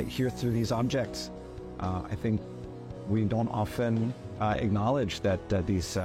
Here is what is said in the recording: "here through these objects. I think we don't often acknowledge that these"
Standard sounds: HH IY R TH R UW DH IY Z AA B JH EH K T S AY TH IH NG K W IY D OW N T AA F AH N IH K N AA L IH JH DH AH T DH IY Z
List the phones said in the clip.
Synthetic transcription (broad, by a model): HH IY R TH R UW DH IY Z AA B JH EH K T S AY TH IH NG K W IY D OW N T AA F AH N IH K N AA L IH JH DH AH T DH IY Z